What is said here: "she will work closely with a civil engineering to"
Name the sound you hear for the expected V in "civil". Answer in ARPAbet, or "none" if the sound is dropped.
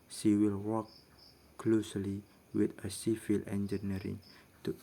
F